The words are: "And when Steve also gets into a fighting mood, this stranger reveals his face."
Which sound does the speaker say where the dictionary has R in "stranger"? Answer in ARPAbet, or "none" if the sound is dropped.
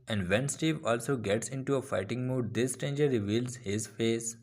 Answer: none